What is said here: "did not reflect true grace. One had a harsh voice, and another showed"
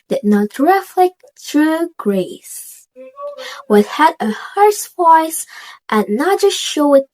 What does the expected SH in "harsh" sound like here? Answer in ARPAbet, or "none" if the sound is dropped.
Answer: S